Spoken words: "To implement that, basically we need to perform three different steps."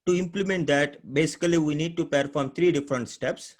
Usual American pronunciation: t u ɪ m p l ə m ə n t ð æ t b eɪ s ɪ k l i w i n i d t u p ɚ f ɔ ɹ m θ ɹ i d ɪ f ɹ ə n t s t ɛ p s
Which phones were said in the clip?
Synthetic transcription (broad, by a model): t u ɪ m p l ə m ə n t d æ t b eɪ s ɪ k l i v i n i d t u p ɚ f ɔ ɹ m t ɹ i d ɪ f ɹ ə n t s t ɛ p s